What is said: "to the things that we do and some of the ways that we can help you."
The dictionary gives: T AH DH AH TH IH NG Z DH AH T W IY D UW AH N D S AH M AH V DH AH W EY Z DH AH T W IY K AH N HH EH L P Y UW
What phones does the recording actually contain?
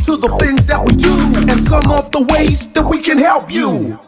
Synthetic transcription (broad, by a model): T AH DH AH TH IH NG Z DH AH T W IY D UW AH N S AH M AH V DH AH W EY Z DH AH T W IY K AH N HH EH L P Y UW